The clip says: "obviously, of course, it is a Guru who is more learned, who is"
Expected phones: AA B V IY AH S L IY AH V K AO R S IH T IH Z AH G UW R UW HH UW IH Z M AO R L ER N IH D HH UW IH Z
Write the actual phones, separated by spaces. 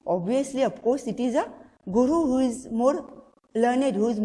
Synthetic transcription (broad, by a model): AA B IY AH S L IY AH P K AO S IH T IH Z AH G UW R UW HH UW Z M AO R L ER N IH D HH UW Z